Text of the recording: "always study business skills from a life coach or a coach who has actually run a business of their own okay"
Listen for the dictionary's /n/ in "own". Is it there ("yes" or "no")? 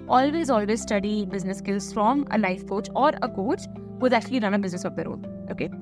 no